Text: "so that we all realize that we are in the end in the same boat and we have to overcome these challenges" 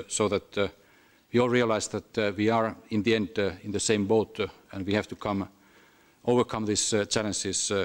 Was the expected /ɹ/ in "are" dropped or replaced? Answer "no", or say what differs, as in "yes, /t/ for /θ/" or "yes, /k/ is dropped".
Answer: no